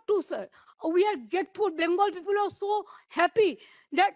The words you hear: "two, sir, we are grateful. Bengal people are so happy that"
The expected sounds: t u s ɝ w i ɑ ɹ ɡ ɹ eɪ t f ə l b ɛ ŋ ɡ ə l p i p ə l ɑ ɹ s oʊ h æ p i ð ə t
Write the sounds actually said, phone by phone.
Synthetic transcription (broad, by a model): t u s ɝ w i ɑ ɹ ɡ eɪ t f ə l b ɛ ŋ ɡ ə l p i p ə l ɑ ɹ s oʊ h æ p i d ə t